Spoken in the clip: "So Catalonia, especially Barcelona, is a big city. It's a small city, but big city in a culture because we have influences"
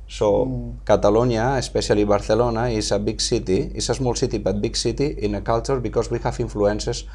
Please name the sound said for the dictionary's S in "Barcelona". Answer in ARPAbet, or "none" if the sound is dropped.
TH